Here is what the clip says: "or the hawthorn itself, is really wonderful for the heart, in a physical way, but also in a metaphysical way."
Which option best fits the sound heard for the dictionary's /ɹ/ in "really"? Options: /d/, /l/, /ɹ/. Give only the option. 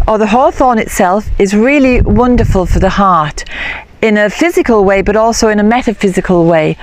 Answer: /ɹ/